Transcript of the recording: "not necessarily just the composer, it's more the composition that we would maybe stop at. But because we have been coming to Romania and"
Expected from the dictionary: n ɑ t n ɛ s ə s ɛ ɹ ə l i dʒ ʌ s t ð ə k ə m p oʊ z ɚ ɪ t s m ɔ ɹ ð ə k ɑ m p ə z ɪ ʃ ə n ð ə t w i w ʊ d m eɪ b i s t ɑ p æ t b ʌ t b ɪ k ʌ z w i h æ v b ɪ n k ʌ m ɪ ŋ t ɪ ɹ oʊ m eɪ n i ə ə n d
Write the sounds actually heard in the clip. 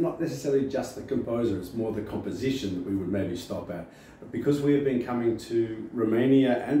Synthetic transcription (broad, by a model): n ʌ t n ɛ s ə s ɛ ɹ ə l i dʒ ʌ s t ð ə k ə m p oʊ z ɚ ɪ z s m ɔ ɹ ð ə k ɑ m p ə z ɪ ʃ ə n ð ə t w i w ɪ d m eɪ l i s t ɑ p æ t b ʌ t b ɪ k ʌ z w i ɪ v b ɪ n k ʌ m ɪ ŋ t ɪ ɹ oʊ m eɪ n i ə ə n